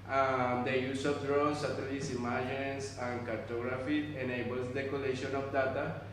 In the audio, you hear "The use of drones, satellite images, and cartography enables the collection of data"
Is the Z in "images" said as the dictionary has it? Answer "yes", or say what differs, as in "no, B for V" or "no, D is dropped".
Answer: no, S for Z